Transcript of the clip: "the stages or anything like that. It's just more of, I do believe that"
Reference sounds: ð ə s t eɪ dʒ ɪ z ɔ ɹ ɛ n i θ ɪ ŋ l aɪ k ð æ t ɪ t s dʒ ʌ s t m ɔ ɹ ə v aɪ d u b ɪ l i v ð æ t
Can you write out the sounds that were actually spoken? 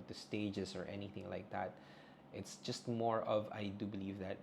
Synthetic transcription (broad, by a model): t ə s t eɪ dʒ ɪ s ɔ ɹ ɛ n i θ ɪ ŋ l aɪ k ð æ t ɪ t s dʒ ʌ s t m ɔ ɹ ə v aɪ d u b ɪ l i v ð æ t